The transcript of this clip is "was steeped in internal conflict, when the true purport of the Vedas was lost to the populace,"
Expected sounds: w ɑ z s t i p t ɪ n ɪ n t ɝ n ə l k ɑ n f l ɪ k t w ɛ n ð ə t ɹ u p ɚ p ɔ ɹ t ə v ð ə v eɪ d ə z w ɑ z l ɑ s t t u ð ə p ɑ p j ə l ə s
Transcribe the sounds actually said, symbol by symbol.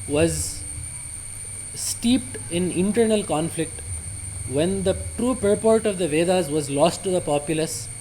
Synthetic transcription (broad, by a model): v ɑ z s t i p t ɪ n ɪ n t ɝ n ə l k ɑ n f l ɪ k t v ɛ n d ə t ɹ u p ɚ p ɔ ɹ t ə v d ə v eɪ d ə z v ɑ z l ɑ s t t u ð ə p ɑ p j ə l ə s